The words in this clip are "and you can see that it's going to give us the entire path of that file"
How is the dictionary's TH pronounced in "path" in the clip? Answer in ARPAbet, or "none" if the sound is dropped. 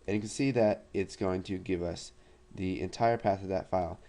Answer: TH